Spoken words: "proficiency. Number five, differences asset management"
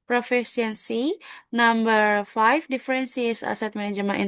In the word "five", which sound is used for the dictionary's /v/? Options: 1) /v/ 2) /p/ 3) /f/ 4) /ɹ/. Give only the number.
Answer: 3